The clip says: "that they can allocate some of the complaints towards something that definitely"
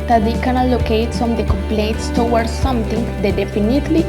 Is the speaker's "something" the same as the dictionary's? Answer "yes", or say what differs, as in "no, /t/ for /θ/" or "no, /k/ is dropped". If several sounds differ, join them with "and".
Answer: no, /t/ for /θ/